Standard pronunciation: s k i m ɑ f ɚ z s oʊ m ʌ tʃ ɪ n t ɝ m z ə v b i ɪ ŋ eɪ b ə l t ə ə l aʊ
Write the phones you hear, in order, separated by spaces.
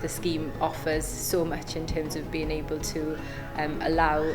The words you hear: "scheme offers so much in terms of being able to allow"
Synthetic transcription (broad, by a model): s k i m ɑ f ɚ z s oʊ m ʌ tʃ ɪ n t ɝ m z ə v b i ɪ ŋ eɪ b ə l t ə ə l aʊ